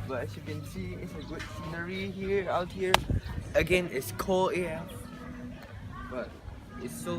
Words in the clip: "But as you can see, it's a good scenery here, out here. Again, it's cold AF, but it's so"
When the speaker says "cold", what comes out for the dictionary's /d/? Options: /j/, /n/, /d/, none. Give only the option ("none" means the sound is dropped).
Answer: none